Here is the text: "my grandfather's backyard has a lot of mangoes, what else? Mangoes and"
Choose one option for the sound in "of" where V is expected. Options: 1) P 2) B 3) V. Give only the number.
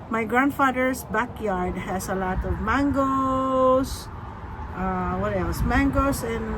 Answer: 3